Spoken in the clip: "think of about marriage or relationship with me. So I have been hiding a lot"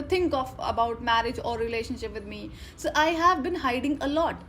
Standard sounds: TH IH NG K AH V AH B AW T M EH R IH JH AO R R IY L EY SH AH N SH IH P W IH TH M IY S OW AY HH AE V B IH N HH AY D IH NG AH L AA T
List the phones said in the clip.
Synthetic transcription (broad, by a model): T IH NG K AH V AH B AW T M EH R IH JH AO R R IY L EY SH AH N SH IH P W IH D M IY S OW AY HH AE V B IH N HH AY D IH NG AH L AA T